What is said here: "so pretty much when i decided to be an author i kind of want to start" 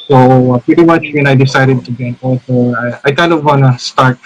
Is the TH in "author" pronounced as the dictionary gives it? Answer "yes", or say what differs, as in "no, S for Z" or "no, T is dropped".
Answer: no, S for TH